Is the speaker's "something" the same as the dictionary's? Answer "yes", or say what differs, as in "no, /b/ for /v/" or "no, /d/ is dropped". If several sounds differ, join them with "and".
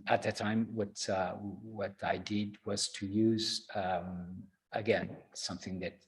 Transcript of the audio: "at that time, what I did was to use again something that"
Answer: yes